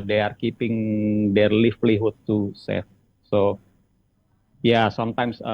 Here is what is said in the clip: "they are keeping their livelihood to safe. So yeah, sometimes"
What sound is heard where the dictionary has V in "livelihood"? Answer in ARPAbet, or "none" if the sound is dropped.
F